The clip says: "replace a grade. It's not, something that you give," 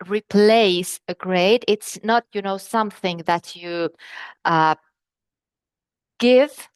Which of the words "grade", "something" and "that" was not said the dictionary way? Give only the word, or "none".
none